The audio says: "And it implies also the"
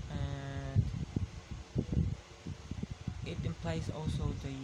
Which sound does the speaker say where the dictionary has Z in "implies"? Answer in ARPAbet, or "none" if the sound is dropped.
S